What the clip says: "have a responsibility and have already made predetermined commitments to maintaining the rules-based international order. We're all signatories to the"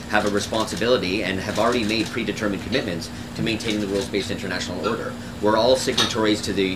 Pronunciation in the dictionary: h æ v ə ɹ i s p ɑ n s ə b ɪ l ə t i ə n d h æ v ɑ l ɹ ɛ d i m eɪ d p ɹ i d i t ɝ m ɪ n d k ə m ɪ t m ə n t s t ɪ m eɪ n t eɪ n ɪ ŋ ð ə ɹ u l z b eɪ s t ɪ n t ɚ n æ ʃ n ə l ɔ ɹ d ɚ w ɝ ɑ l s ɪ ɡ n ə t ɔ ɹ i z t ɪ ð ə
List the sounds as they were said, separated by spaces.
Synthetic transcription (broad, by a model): h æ v ə ɹ i s p ɑ n s ə b ɪ l ə t i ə n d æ v l ɹ ɛ d i m eɪ d p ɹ i d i t ɝ m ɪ n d k ə m ɪ t m ə n t s t ɪ m eɪ n t eɪ n ɪ ŋ ð ə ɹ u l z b eɪ s ɪ n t ɚ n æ ʃ n l ɔ ɹ d ɚ w ɝ ɑ l s ɪ ɡ n ə t ɔ ɹ i z t ɪ ð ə